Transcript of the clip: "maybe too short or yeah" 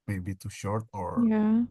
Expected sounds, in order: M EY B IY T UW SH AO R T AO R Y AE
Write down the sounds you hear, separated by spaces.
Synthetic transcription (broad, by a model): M EY B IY T UW SH AO R T AO R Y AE